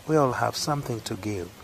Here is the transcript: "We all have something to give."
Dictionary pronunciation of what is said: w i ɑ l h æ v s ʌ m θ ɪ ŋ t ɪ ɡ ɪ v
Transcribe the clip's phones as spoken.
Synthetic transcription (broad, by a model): w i ɑ l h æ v s ʌ m θ ɪ ŋ t ɪ ɡ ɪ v